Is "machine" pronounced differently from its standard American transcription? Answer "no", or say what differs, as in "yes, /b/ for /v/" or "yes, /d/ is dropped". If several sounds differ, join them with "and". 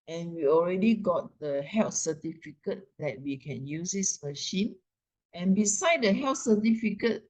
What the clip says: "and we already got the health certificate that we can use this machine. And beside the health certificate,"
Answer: no